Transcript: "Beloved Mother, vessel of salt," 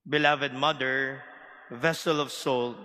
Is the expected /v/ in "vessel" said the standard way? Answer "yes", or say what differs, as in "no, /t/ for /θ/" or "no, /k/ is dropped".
yes